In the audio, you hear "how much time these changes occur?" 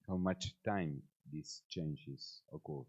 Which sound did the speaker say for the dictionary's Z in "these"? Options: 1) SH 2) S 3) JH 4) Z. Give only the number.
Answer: 2